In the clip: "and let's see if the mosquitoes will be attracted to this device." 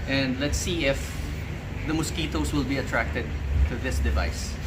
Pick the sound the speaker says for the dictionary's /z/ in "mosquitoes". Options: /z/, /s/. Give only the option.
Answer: /s/